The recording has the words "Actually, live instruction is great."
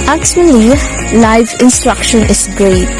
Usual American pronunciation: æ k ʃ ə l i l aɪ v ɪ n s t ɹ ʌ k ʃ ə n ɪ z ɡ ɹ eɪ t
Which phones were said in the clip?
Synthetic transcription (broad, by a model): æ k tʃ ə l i l aɪ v ɪ n s t ɹ ʌ k ʃ ə n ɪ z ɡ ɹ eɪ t